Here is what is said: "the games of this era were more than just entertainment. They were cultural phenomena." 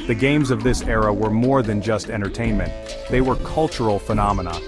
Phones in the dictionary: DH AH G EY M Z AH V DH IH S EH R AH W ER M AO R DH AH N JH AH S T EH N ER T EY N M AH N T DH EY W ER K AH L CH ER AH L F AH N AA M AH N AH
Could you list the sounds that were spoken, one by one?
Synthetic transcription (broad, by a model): DH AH G EY M Z AH V DH IH S EH R AH W ER M AO R DH AH N JH AH S T EH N ER T EY N M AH N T DH EY W ER K AH L CH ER L F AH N AA M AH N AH